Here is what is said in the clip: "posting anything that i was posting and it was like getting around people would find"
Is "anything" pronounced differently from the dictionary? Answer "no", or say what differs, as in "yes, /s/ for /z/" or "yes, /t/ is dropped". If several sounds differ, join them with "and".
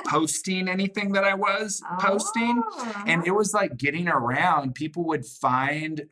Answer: no